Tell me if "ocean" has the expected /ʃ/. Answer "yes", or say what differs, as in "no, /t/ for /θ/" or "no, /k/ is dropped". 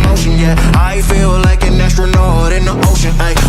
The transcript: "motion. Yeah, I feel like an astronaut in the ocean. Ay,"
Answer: yes